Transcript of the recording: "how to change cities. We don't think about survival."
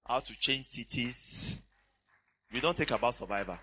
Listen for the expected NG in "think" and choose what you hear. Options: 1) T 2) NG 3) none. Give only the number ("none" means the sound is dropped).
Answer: 3